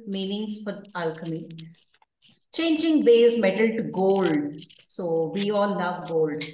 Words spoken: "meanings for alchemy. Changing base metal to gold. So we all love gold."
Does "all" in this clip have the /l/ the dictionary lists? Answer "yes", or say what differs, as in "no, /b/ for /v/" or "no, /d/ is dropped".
no, /n/ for /l/